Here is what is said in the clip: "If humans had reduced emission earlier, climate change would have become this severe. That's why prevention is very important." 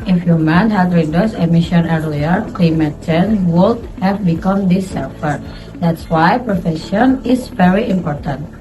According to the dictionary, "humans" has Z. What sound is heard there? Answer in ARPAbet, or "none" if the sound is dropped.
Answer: none